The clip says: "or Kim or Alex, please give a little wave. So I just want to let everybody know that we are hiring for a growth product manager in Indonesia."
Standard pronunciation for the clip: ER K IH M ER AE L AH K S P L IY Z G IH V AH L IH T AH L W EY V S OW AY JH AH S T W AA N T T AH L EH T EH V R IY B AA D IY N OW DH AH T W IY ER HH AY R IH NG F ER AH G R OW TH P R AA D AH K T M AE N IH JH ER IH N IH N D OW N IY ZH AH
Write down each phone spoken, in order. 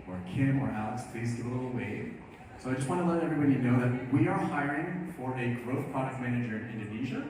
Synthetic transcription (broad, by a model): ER K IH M ER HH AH S P L IY Z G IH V AH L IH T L W EY V S OW AY JH AH S T W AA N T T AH L EH T EH V R IY B AA D IY N OW DH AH T W IY ER HH AY R IH NG F ER AH G R OW TH P R AA D AH K T M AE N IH JH ER IH N IH N D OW N IY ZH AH